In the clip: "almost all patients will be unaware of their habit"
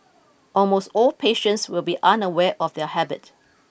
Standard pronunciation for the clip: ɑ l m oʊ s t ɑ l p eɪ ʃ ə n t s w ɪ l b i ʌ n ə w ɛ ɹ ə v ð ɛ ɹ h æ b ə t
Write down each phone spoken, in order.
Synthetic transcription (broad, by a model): ɑ l m oʊ s t ɑ l p eɪ ʃ ə n t s w ɪ l b i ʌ n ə w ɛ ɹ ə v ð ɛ h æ b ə t